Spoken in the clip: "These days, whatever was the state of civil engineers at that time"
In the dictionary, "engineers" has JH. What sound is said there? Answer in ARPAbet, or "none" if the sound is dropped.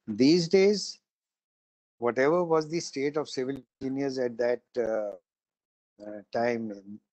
none